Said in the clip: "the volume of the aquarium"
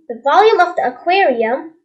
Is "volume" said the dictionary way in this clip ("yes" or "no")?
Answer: yes